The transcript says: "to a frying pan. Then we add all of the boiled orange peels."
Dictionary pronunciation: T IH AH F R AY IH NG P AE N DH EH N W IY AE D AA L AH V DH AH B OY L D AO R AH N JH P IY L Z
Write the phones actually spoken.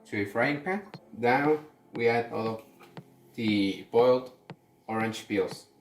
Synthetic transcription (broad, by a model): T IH AH F R AY IH NG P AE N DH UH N W IY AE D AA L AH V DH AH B OY L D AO R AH N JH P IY L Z